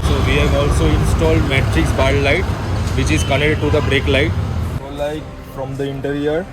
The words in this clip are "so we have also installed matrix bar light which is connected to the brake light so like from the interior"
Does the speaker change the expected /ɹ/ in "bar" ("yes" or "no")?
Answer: yes